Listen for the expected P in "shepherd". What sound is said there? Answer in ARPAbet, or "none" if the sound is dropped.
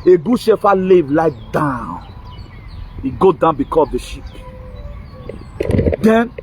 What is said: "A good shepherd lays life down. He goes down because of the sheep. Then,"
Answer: F